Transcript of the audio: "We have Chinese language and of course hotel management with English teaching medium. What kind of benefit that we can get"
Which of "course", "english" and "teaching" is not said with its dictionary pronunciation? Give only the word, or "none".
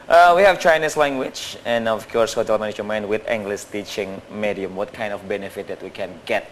english